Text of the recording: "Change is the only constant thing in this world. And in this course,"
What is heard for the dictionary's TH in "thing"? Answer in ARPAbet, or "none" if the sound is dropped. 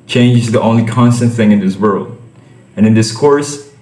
TH